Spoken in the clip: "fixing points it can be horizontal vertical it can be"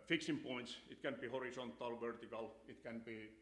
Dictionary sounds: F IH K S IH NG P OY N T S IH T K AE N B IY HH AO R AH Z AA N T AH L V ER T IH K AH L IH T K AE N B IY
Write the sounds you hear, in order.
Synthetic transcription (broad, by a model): F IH K S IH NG P OY N T S IH T K AE N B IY HH AO R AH S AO N T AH L V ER T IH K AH L IH T K AE N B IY